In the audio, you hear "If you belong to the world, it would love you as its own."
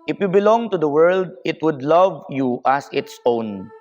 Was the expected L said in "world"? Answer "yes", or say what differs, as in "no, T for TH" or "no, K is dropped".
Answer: yes